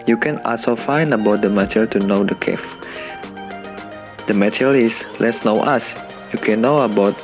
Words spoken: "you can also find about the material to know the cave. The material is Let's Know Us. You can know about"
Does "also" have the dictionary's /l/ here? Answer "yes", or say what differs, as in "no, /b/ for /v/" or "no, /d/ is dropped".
no, /l/ is dropped